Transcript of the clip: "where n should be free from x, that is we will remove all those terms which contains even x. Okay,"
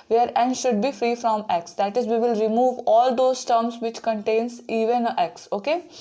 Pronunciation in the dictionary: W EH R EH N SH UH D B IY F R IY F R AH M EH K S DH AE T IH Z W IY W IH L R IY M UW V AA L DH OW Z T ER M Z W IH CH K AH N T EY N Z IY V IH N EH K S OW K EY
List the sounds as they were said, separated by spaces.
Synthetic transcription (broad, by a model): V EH R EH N SH UH D B IY F R IY F R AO M EH K S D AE T IH Z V IY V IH L R IY M UW V AA L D OW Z T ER M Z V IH CH K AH N T EY N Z IY V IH N EH K S OW K EY